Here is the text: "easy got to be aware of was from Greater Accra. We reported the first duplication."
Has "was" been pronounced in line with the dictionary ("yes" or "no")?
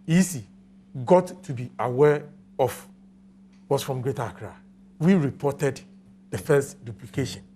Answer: no